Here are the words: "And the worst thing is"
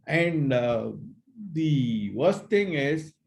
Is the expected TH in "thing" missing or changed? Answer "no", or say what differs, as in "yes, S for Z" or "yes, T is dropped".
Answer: yes, T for TH